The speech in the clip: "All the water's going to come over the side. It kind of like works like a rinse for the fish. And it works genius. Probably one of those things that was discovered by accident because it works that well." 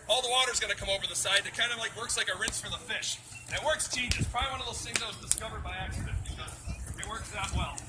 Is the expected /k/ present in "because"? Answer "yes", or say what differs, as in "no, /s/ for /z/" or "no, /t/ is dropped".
no, /k/ is dropped